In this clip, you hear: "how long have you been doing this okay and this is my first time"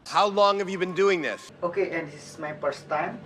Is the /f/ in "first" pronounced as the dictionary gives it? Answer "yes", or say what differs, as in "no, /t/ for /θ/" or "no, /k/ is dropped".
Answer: no, /p/ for /f/